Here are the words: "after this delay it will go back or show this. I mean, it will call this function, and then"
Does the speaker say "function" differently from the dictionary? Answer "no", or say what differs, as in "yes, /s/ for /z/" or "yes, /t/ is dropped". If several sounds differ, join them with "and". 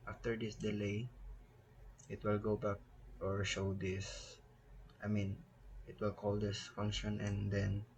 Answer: no